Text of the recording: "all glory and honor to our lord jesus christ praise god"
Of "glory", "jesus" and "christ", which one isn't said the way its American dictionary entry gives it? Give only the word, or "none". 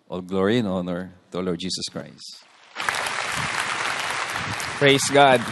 jesus